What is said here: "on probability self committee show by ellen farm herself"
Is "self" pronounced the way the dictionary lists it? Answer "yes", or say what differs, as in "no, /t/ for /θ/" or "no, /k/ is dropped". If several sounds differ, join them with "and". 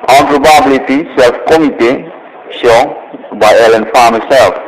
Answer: yes